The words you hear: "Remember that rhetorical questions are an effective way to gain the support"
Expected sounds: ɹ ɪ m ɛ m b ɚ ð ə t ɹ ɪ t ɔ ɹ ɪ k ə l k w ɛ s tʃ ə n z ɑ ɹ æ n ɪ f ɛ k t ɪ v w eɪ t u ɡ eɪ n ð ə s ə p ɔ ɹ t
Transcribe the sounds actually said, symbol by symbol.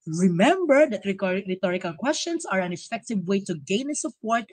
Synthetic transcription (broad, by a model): ɹ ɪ m ɛ m b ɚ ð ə t ɹ ɪ t ɔ ɹ ɪ k ə l k w ɛ s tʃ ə n s ɑ ɹ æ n ɪ f ɛ k t ɪ v w eɪ t u ɡ eɪ n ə s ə p ɔ ɹ t